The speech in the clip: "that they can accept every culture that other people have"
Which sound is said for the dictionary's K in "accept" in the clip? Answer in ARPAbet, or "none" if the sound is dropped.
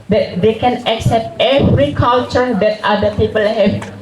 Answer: K